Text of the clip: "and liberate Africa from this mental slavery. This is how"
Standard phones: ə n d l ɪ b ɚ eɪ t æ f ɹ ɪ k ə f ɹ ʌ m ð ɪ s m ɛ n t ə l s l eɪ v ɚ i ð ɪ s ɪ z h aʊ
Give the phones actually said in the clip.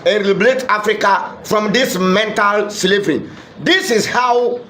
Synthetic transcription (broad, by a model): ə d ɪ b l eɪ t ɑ f ɹ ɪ k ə f ɹ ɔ m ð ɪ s m ɛ n t ə l s l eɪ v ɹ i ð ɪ s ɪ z h aʊ